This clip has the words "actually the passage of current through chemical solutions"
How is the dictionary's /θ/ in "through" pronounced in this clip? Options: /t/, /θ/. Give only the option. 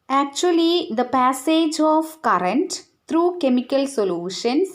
/t/